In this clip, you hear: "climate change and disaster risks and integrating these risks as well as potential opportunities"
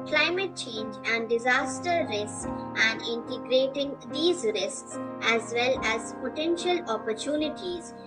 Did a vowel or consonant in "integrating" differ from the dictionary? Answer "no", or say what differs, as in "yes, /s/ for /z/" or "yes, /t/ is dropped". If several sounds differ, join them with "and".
no